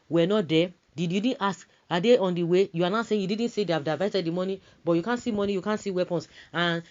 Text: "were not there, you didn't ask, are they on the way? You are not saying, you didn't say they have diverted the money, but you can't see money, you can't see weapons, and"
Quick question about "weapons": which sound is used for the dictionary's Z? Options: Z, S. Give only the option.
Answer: S